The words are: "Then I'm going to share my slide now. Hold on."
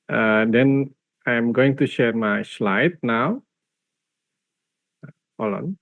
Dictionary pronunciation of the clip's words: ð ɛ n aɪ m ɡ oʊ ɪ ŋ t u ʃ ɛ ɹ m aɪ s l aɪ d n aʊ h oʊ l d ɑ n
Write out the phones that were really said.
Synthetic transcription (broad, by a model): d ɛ n aɪ m ɡ oʊ ɪ ŋ t u ʃ ɛ ɹ m aɪ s l aɪ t n aʊ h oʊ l ɑ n